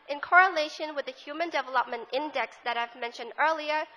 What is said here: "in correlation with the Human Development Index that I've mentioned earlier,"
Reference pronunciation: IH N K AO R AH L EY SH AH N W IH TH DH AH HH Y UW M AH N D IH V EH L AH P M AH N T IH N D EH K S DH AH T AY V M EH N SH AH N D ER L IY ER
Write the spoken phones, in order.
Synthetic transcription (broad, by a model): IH N K AO R AH L EY SH AH N W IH DH AH HH Y UW M AH N D IH V EH L AH P M AH N T IH N D EH K S DH AH T AY V M EH N SH AH N D ER L IY ER